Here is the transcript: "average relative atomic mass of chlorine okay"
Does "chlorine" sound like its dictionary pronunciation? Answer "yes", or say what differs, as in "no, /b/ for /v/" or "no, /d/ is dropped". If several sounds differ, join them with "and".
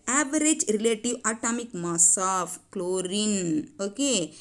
yes